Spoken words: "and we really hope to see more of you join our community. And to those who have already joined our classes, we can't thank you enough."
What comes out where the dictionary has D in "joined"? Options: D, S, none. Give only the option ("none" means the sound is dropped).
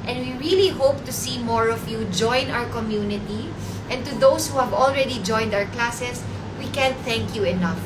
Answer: D